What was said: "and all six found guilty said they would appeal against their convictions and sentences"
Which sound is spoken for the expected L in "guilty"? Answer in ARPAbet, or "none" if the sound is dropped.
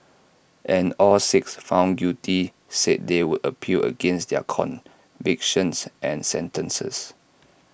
none